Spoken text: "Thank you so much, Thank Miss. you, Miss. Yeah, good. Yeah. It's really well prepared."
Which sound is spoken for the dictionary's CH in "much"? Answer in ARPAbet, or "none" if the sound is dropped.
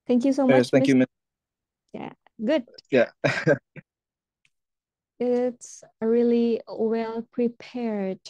S